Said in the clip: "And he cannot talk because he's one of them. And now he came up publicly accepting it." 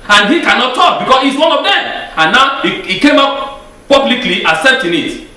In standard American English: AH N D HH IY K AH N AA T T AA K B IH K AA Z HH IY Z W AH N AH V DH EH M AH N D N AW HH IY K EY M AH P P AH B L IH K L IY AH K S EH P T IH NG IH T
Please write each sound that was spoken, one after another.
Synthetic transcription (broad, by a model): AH N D HH IY K AH N AA T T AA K B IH K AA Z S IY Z W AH N AH V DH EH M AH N N AW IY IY K EY M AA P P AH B L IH K L IY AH S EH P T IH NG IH T